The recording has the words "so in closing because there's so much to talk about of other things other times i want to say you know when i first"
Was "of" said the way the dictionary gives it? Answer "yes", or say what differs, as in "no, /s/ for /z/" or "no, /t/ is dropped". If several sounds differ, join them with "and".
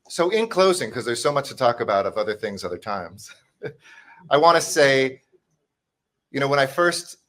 yes